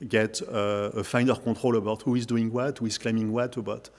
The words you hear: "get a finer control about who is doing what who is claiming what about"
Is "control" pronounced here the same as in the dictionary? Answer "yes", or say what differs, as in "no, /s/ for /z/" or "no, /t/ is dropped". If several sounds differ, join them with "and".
no, /n/ is dropped